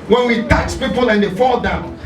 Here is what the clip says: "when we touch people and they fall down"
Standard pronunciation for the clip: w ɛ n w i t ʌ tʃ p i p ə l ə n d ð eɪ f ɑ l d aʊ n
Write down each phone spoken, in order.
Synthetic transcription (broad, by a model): w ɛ n w i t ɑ s p i p ə l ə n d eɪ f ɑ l d aʊ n